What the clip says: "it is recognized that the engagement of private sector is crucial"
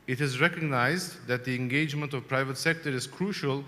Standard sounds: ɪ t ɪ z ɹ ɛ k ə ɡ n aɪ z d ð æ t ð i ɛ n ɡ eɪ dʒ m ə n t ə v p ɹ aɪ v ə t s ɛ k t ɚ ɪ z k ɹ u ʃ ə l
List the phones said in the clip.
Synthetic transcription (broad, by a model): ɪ t ɪ z ɹ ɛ k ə ɡ n aɪ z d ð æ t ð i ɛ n ɡ eɪ dʒ m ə n t ə v p ɹ aɪ v ə t s ɛ k t ɚ ɪ z k ɹ u ʃ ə l